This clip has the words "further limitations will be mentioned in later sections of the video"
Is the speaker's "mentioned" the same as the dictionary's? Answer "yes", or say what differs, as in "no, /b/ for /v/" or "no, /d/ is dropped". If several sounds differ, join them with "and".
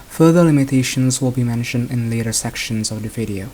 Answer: yes